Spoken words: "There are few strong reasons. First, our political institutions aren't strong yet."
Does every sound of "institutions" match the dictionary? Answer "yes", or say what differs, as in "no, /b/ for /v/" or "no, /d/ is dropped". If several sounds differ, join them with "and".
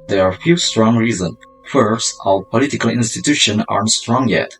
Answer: no, /z/ is dropped